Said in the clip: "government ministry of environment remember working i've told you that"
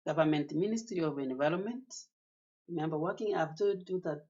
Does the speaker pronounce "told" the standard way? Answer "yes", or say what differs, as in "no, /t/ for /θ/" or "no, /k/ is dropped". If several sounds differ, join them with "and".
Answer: no, /l/ is dropped